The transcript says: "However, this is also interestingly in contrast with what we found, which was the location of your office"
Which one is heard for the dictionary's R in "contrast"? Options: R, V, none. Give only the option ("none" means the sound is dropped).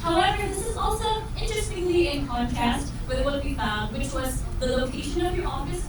none